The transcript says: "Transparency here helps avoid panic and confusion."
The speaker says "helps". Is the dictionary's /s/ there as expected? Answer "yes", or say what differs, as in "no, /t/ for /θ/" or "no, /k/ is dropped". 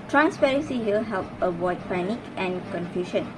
no, /s/ is dropped